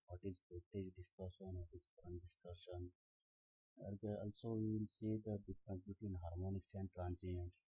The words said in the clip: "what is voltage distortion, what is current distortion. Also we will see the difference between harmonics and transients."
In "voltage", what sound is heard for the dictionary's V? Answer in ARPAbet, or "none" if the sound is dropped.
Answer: P